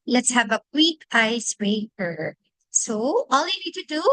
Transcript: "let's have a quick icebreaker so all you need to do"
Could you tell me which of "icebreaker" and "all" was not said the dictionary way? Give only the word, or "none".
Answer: icebreaker